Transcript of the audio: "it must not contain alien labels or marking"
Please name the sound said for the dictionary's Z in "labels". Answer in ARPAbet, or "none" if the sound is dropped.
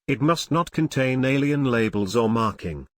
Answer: Z